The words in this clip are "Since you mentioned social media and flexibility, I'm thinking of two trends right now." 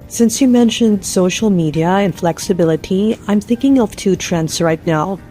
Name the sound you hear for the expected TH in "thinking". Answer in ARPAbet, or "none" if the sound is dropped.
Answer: TH